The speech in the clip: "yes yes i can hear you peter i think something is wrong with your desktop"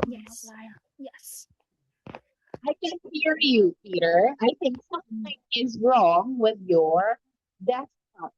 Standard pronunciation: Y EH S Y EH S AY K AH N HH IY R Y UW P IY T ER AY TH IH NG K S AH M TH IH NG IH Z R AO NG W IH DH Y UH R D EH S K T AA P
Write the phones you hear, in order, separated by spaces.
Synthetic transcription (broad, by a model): Y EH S Y EH S AY K AH N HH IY R Y UW P IY T ER AY TH IH NG K S AH M TH IH NG IH Z R AO NG W IH DH Y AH R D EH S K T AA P